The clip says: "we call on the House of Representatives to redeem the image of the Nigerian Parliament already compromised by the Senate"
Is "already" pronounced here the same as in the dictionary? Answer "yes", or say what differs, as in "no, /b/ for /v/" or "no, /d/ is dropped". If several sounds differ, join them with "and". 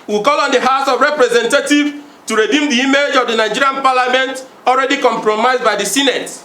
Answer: yes